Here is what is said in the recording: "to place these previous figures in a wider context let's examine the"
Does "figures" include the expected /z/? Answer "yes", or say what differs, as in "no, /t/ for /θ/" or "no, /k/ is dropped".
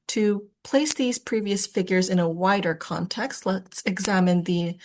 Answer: yes